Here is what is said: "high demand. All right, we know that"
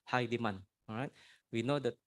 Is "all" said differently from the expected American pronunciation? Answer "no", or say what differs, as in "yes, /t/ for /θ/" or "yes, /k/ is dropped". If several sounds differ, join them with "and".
yes, /n/ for /l/